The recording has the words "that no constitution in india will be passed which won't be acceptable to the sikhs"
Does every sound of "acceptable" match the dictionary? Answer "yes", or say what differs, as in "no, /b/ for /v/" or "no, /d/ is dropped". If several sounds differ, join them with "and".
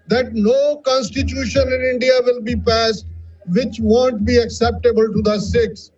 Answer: yes